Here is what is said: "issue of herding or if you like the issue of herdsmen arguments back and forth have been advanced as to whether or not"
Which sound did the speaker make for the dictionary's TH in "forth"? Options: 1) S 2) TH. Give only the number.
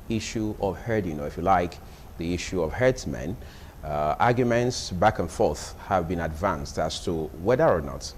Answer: 2